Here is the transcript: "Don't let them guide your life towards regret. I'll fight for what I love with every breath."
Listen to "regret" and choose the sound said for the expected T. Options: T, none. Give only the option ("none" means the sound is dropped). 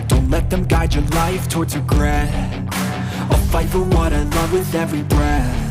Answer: none